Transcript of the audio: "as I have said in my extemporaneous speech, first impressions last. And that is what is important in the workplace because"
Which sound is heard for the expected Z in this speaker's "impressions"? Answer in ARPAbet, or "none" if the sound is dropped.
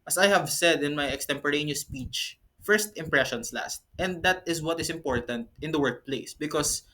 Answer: S